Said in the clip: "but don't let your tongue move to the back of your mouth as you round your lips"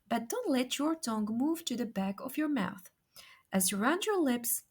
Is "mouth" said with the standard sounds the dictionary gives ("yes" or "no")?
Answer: yes